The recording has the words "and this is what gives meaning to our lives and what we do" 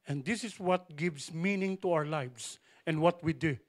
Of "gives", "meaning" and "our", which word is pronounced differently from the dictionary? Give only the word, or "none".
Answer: gives